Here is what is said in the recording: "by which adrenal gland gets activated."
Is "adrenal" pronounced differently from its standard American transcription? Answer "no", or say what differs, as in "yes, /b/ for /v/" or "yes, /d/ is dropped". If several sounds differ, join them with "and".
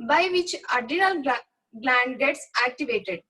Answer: yes, /ɹ/ is dropped